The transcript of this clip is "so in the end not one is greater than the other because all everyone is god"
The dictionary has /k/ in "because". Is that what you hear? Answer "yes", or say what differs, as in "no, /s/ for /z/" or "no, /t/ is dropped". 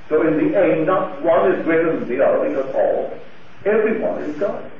no, /k/ is dropped